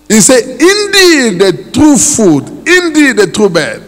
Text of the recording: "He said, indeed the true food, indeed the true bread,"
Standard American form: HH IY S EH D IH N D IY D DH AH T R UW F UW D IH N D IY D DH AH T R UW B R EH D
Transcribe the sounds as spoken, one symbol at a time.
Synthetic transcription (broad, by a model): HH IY S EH IH N D IY D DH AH T R UW F UW D IH N D IY D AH T R UW B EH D